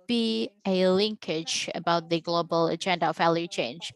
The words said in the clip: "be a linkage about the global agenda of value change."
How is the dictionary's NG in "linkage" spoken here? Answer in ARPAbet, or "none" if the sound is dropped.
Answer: NG